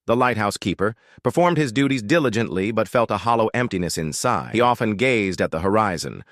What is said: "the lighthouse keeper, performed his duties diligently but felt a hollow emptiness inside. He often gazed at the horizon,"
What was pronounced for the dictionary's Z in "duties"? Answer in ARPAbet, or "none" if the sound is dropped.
Z